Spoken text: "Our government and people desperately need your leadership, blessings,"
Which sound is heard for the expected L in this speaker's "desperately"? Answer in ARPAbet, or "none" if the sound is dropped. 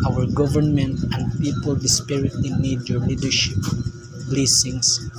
none